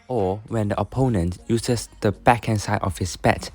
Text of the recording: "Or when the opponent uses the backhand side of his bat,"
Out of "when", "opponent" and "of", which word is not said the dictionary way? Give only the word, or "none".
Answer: of